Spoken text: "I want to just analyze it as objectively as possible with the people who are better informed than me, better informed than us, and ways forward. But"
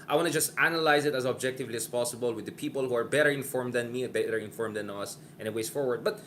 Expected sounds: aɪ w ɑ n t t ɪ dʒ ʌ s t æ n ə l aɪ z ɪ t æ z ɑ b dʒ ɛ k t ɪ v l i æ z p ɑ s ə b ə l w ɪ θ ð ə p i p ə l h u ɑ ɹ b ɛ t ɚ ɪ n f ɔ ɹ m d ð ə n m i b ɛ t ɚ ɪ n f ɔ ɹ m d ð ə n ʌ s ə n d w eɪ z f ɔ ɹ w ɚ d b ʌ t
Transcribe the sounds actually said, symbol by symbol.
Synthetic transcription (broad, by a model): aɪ w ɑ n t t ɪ dʒ ʌ s t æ n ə l aɪ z ɪ t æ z ɑ b dʒ ɛ k t ɪ v l i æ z p ɑ s ə b ə l w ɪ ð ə p i p ə l h u ɑ ɹ b ɛ t ɚ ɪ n f ɔ ɹ m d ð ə n m i b ɛ t ɚ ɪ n f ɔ ɹ m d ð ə n ʌ s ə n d w eɪ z f ɔ ɹ w ɚ d b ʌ t